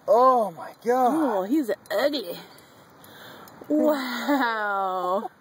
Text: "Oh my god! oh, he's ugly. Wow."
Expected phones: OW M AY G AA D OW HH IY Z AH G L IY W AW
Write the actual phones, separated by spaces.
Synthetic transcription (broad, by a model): OW M AY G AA OW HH IY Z AH G L IY W AW